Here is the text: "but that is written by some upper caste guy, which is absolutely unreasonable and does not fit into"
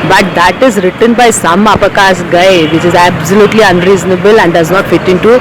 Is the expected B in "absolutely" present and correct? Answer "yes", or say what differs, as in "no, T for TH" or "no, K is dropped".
yes